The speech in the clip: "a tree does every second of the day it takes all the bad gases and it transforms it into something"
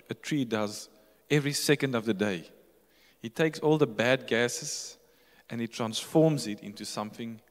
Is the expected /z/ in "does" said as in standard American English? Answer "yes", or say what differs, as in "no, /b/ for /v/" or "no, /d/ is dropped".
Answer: yes